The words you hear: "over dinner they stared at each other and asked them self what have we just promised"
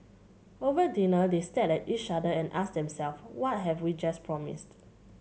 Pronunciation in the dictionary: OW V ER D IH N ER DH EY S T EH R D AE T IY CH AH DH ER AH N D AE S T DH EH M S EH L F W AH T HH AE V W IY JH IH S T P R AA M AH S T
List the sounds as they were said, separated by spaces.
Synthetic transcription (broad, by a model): OW V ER D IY N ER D EY S T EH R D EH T IY CH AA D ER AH N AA S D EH M S EH L F W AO T HH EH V W IY JH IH S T P R AA M AH S T